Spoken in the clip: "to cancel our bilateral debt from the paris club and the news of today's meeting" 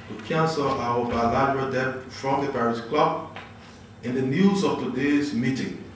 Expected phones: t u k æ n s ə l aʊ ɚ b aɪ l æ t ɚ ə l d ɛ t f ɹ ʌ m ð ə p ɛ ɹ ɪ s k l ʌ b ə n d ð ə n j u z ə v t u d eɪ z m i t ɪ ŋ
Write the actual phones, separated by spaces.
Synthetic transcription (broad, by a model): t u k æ n s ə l aʊ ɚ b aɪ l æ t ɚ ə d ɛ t f ɹ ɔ m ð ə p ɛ ɹ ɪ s k l ʌ b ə n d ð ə n j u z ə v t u d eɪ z m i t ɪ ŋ